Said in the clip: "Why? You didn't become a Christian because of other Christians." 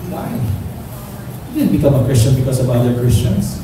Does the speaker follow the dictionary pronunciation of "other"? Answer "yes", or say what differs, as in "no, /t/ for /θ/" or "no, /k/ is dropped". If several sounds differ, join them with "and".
no, /ð/ is dropped